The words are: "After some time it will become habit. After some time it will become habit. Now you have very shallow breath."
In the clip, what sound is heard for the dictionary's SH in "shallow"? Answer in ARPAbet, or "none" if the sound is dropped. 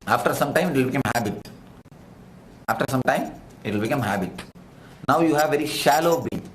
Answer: SH